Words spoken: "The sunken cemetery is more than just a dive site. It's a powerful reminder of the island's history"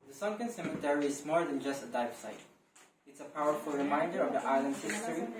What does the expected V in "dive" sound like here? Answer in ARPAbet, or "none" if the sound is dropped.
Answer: F